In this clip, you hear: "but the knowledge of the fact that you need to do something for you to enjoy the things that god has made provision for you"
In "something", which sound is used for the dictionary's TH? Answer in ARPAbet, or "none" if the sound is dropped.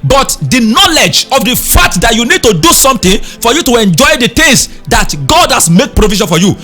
T